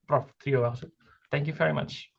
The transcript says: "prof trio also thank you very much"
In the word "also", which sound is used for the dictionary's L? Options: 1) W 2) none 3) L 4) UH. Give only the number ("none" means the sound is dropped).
2